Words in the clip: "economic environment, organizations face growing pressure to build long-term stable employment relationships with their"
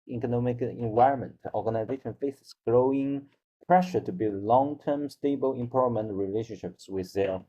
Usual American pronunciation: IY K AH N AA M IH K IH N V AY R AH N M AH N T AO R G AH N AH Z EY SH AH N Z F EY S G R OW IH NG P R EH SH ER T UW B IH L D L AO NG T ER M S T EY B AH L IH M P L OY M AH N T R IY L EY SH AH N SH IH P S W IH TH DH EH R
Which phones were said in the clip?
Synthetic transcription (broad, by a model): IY K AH N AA M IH K IH N V AY R AH N M AH N T AO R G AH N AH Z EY SH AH N F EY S G R OW IH NG P R EH SH ER T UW B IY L L AO NG T ER M S T EY B AH L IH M P OY M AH N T R IY L EY SH AH N SH IH P S W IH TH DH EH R